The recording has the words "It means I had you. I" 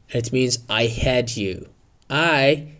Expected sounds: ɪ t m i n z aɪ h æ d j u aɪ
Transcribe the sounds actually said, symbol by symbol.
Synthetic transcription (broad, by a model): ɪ t m i n z aɪ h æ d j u aɪ